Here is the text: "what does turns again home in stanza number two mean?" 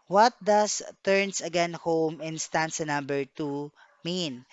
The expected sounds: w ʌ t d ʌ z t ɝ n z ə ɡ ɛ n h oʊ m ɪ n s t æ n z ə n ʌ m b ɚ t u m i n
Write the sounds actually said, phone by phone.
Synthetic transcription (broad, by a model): w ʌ t d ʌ s t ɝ n s ə ɡ ɛ n h oʊ m ɪ n s t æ n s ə n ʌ m b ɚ t u m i n